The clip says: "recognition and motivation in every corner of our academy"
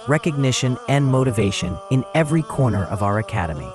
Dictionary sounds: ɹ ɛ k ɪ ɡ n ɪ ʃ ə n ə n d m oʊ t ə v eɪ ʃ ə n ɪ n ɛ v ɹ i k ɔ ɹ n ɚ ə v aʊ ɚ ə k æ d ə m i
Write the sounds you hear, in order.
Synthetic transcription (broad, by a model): ɹ ɛ k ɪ ɡ n ɪ ʃ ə n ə n m oʊ t ə v eɪ ʃ ə n ɪ n ɛ v ɹ i k ɔ ɹ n ɚ ə v aʊ ɚ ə k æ d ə m i